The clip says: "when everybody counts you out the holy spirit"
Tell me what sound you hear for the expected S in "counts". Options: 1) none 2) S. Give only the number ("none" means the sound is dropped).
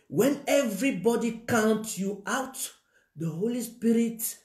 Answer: 1